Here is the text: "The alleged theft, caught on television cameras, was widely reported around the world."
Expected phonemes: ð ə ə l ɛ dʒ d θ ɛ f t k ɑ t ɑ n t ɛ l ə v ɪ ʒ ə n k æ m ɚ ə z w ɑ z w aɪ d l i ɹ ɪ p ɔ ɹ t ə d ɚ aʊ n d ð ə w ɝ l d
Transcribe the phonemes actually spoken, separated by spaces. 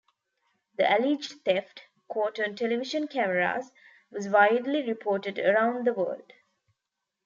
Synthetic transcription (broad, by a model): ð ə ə l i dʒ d t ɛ f t k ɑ t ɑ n t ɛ l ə v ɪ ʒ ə n k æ m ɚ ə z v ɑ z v aɪ d l i ɹ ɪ p ɔ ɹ t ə d ɚ aʊ n d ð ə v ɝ l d